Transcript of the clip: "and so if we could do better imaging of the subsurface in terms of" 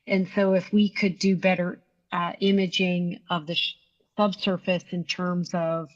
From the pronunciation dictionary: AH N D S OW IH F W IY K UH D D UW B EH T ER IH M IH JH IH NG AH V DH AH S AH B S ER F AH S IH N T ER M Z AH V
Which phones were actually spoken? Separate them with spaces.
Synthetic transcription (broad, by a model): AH N S OW IH F W IY K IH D D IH B EH T ER IH M IH JH IH NG AH V DH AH S AH B S ER F AH S IH N T ER M Z AH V